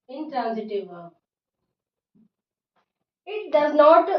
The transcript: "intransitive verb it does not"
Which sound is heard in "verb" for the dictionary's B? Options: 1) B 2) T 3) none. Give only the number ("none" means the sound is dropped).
3